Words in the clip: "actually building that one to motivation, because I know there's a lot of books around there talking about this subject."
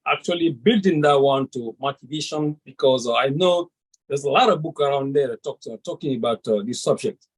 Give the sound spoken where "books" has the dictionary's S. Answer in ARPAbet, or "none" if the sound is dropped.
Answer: none